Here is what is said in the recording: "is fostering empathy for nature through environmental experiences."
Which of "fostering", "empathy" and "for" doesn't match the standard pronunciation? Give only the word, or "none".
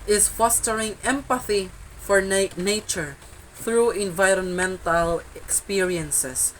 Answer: none